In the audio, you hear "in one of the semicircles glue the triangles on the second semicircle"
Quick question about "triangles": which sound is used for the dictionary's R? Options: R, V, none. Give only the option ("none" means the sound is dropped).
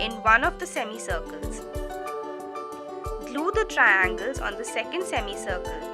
R